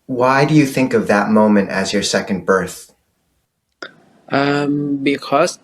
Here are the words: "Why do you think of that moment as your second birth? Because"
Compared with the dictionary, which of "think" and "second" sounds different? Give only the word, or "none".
none